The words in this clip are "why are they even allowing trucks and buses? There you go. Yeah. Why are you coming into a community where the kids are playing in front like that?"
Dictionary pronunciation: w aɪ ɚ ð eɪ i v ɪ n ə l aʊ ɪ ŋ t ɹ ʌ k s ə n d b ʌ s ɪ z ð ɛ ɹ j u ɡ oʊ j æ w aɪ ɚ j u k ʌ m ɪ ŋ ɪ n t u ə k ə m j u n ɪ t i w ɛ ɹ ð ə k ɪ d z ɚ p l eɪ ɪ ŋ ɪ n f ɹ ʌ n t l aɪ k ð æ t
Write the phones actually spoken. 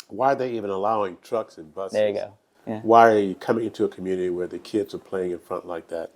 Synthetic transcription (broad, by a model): w aɪ ɚ ð eɪ i v ɪ n ə l aʊ ɪ ŋ t ɹ ʌ k s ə n b ʌ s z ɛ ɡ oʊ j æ w aɪ ɚ j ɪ k ʌ m ɪ ŋ ɪ n t u ə k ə m j u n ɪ t i w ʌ ɹ ð ə k ɪ d z ɚ p l eɪ ɪ ŋ ɪ n f ɹ ʌ n t l aɪ k ð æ t